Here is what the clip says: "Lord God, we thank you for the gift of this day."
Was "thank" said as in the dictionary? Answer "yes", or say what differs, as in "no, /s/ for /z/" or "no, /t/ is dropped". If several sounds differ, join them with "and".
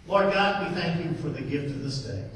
yes